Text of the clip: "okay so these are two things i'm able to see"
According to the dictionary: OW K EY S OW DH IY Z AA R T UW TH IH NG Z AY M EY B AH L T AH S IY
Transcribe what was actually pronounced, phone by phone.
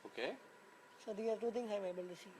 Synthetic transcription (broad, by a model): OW K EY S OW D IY AA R T UW T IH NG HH AY M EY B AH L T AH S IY